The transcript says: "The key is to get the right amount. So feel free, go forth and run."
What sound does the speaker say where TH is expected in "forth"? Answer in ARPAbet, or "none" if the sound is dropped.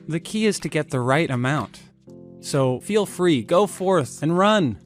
TH